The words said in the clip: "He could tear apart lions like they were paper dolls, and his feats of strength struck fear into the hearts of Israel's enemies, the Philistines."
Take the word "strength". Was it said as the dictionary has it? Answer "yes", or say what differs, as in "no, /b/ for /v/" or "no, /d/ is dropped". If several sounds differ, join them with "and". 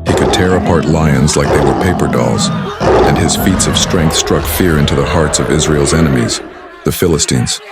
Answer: yes